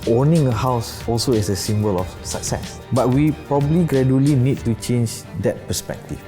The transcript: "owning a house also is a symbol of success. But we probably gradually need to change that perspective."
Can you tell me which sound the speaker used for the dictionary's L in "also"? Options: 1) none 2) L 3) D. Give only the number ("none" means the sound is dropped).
2